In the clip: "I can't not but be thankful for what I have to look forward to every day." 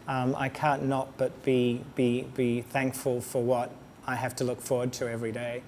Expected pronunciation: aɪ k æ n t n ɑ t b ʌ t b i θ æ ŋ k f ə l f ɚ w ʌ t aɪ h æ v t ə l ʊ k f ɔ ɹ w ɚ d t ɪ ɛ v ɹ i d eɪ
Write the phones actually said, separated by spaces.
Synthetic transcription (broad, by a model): aɪ k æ n t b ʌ t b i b b i θ æ ŋ k f ə l f ɚ w ʌ t aɪ h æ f t ə l ʊ k f ɔ ɹ w ɚ d t ɪ ɛ v ɹ i d eɪ